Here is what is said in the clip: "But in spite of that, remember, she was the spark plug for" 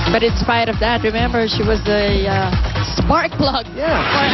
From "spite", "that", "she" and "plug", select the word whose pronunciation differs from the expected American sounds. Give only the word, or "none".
plug